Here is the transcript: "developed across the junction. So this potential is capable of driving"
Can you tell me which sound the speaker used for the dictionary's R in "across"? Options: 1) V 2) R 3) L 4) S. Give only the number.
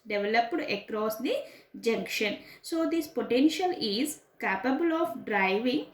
2